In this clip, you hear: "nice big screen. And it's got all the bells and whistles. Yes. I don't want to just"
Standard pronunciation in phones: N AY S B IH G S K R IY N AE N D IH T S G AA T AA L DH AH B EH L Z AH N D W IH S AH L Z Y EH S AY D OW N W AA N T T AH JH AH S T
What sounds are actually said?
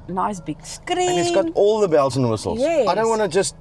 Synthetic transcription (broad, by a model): N AY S B IH G S K R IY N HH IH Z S G AA T AA L DH AH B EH L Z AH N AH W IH S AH L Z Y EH AY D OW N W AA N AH JH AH S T